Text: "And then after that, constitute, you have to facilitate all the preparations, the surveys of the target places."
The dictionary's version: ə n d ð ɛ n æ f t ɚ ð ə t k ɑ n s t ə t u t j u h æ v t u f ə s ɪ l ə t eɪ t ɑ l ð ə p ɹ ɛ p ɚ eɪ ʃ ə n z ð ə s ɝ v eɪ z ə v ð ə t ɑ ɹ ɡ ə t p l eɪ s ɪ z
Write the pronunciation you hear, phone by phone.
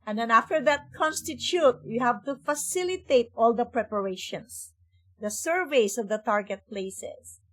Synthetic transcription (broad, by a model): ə n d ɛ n æ f t ɚ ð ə t k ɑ n s t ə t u t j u h æ v t u f ə s ɪ l ə t eɪ t ɑ l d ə p ɹ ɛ p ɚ eɪ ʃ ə n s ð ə s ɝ v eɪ s ə v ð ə t ɑ ɹ ɡ ə t p l eɪ s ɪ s